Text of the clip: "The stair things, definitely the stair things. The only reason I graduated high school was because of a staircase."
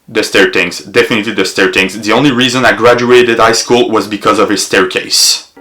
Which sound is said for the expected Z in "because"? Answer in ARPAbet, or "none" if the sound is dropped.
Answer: Z